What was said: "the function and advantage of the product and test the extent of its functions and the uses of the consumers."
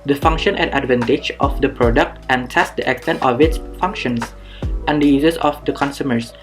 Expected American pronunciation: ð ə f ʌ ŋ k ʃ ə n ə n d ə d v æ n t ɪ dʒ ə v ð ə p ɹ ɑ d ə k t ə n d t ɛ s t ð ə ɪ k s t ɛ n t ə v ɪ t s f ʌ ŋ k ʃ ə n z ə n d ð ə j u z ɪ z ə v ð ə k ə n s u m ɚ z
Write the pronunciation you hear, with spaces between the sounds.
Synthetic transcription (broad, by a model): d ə f ʌ ŋ k ʃ ə n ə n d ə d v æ n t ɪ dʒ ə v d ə p ɹ ɑ d ə k t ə n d t ɛ s t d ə ɪ k s t ɛ n t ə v ɪ t s f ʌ ŋ k ʃ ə n s ə n d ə j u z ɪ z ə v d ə k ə n s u m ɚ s